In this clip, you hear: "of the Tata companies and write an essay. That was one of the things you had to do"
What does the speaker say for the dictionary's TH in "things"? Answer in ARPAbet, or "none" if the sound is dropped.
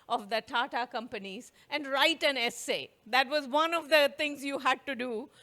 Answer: T